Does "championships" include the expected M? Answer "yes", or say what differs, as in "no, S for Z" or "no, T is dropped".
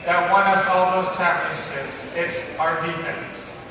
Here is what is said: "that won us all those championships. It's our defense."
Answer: no, M is dropped